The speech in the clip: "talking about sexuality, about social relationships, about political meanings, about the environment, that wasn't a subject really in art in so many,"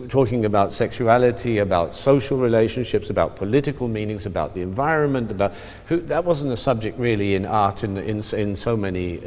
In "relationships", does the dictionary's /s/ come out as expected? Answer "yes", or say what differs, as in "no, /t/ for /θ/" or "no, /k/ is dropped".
yes